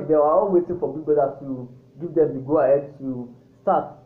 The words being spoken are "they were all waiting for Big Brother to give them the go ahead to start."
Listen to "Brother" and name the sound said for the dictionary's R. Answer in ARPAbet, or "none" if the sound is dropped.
none